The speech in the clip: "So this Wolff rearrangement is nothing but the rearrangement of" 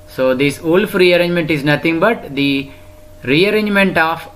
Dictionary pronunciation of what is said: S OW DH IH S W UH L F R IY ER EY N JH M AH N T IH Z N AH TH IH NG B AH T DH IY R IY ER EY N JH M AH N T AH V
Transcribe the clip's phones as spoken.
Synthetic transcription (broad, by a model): S OW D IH S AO L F R IY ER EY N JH M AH N T IH Z N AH T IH NG B AH T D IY R IY ER EY N JH M AH N T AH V